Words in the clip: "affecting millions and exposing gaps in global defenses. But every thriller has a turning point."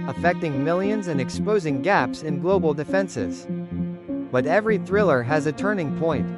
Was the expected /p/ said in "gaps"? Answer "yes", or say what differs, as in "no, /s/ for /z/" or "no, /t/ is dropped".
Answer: yes